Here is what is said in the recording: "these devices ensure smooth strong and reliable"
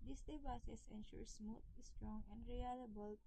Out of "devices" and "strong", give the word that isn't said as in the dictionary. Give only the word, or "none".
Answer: devices